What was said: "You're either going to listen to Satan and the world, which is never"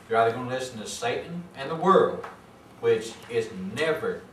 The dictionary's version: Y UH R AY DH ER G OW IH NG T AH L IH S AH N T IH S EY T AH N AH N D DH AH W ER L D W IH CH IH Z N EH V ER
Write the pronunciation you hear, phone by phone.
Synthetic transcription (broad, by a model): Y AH R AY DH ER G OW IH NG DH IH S N T IH S EY T N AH N DH AH W ER L D W IH CH IH Z N EH V ER